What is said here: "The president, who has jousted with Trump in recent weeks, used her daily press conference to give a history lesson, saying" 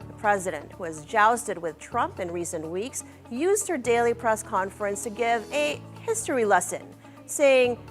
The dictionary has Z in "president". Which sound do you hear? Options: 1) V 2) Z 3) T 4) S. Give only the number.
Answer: 2